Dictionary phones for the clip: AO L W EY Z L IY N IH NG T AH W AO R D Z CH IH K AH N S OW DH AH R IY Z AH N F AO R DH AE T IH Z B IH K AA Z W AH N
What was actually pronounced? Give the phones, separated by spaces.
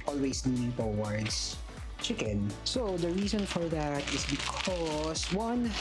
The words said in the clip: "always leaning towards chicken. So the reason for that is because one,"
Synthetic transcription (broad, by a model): AO L W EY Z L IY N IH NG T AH W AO R D S CH IH K AH N S OW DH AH R IY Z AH N F AO R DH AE T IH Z B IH K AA S W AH N